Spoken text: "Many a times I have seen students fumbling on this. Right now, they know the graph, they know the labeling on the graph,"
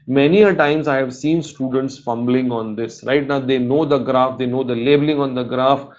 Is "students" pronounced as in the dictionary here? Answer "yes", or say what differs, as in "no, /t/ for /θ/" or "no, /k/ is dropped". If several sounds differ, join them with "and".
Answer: yes